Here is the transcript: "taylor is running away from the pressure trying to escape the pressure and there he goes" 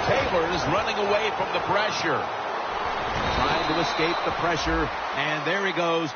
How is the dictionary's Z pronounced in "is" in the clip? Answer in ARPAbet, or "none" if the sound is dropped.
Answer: Z